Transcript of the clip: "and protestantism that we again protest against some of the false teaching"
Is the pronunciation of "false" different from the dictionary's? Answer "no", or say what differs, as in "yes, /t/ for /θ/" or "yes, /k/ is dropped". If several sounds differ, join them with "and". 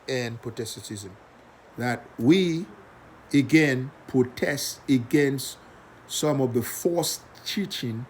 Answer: yes, /l/ is dropped